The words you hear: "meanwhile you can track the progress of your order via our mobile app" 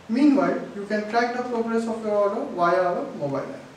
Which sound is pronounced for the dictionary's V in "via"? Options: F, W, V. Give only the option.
W